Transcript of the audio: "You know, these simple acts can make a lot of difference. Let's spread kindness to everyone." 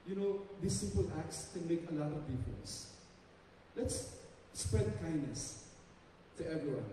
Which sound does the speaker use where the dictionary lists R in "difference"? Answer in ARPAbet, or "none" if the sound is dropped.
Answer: none